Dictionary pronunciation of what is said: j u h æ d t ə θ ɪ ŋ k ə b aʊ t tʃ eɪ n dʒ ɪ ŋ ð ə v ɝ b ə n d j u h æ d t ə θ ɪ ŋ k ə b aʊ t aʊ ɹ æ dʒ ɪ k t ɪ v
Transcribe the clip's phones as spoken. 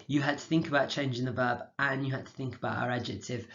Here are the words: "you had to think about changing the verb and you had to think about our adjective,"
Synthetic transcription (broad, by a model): j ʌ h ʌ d t ə θ ɪ ŋ k ə b aʊ t tʃ eɪ n dʒ ɪ ŋ ð ə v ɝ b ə n j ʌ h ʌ d t ə θ ɪ ŋ k ə b aʊ t aʊ ɹ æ dʒ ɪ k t ɪ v